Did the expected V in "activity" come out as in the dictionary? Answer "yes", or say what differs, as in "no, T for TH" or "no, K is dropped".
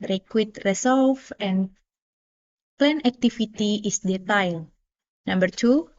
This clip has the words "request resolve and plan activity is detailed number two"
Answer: no, F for V